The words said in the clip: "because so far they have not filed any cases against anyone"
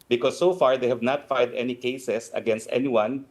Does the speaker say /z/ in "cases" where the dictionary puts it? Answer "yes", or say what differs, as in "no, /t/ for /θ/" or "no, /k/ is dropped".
no, /s/ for /z/